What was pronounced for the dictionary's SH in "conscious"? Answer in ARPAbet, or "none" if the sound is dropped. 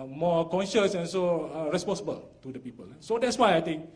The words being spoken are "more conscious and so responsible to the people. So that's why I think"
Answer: SH